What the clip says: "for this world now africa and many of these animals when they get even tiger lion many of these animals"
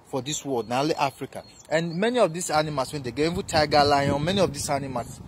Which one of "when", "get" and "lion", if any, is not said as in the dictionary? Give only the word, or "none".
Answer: get